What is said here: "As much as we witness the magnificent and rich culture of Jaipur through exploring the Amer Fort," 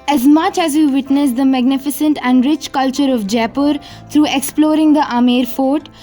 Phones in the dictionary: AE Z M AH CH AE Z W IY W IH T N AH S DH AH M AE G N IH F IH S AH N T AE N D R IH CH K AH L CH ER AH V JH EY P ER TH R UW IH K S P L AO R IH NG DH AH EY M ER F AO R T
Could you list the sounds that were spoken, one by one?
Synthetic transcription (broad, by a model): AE Z M AH CH AE Z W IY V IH T N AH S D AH M AE G N IH F IH S AH N T AE N D R IH CH K AH L CH ER AH V JH EY P ER T R UW IH K S P L AO R IH NG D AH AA M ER F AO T